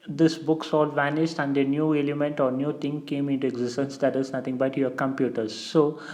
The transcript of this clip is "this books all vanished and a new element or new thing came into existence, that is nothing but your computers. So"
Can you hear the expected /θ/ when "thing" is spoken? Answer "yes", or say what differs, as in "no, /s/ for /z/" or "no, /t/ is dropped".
no, /t/ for /θ/